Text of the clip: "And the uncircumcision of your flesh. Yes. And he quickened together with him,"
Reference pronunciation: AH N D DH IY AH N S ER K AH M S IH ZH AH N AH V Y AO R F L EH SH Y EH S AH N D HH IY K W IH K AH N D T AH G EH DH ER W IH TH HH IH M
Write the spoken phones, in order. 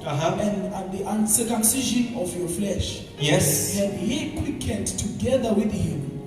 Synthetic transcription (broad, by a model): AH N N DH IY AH N S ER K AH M S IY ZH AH N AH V Y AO F L EH SH Y EH S AH N D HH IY K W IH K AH D T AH G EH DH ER W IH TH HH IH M